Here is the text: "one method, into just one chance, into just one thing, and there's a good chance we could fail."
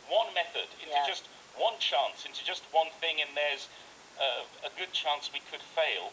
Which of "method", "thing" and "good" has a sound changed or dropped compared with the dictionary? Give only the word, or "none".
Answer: none